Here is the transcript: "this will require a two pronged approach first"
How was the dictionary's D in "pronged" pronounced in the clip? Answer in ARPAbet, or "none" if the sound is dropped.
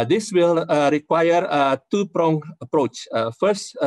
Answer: none